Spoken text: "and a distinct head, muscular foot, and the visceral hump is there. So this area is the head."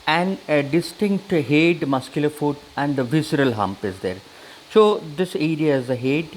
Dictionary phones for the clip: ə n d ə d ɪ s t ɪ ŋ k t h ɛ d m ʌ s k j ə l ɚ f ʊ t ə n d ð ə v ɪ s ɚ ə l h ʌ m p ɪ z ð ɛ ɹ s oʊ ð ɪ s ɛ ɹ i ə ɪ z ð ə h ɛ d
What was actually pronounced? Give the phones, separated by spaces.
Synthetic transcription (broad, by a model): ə n d ə d ɪ s t ɪ ŋ k t h ɛ d m ʌ s k j ə l ɚ f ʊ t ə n d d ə v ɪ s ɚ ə l h ʌ m p ɪ z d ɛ ɹ s oʊ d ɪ s ɛ ɹ i ə ɪ z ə h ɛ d